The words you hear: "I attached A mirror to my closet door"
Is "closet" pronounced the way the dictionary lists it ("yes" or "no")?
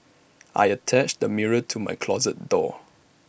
yes